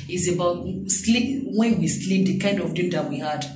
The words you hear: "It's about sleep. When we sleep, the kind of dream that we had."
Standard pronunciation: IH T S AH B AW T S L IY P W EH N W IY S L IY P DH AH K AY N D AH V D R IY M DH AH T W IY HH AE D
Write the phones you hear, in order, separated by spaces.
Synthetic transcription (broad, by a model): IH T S AH B AW T S L IY P W EH N W IY S L IY P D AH K AY N D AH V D IY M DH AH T W IY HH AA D